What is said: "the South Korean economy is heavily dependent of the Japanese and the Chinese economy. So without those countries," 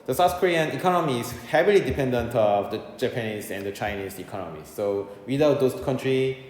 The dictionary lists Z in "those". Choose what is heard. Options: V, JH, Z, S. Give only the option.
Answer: S